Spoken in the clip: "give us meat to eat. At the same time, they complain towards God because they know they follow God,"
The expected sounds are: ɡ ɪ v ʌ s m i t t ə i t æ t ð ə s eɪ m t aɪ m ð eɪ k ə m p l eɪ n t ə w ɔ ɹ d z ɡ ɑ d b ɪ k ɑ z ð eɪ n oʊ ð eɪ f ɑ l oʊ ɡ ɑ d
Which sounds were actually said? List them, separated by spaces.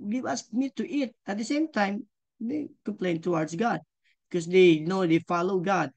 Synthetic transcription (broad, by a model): ɡ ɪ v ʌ s m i t t i t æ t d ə s eɪ m t aɪ m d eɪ k ə m p l eɪ n t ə w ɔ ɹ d s ɡ ɑ d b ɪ k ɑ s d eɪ n oʊ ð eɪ f ɑ l oʊ ɡ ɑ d